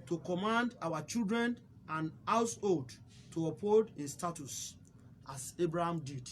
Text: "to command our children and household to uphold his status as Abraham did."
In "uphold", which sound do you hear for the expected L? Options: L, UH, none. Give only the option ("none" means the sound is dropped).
none